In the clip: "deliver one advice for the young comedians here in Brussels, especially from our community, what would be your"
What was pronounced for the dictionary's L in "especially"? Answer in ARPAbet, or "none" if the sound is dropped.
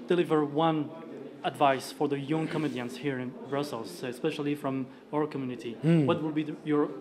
L